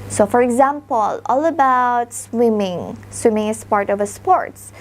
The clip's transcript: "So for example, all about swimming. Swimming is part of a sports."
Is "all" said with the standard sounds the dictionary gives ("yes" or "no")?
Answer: yes